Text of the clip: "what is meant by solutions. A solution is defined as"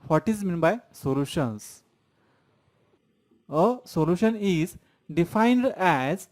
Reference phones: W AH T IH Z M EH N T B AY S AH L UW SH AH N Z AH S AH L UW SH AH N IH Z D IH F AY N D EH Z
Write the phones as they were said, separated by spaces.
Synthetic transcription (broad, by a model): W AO T IH Z M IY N B AY S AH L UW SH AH N S AH S AH L UW SH AH N IH Z D IH F AY N D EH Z